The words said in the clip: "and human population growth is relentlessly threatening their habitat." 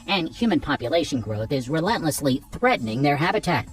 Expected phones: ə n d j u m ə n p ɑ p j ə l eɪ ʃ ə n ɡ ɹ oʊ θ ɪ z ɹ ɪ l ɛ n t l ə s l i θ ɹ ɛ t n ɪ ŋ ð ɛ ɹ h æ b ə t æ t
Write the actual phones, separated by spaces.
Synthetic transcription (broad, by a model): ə n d j u m ə n p ɑ p j ə l eɪ ʃ ə n ɡ ɹ oʊ θ ɪ z ɹ ɪ l ɛ n t l ə s l i θ ɹ ɛ t n ɪ ŋ ð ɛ ɹ h æ b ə t æ t